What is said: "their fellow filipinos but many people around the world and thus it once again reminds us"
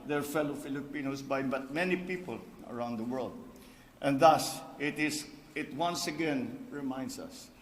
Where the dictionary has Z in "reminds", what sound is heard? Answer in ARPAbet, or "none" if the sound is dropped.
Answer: S